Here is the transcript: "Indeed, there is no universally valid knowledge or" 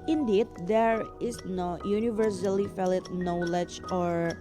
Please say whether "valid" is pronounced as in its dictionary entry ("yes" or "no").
no